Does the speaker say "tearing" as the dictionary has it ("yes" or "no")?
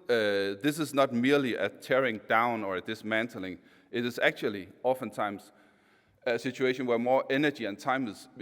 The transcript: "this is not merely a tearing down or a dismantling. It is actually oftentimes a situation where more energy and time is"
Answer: yes